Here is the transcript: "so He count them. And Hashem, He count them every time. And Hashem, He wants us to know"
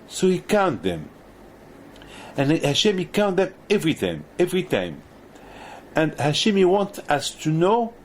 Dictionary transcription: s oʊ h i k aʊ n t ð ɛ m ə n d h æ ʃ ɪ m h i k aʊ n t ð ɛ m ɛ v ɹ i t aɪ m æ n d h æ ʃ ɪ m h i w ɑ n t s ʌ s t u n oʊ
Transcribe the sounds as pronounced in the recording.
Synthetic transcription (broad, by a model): s oʊ h i k aʊ n t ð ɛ m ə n h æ ʃ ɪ m h i k aʊ n t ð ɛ m ɛ v ɹ i t aɪ m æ n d h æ ʃ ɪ m h i w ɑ n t ʌ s t u n oʊ